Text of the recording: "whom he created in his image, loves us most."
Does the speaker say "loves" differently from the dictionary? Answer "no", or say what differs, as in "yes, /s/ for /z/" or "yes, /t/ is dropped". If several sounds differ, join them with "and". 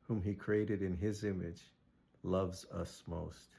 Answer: no